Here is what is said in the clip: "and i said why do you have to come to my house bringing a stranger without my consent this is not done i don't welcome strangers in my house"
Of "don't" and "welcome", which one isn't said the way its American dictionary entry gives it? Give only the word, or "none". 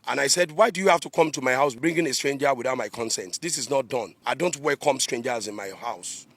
welcome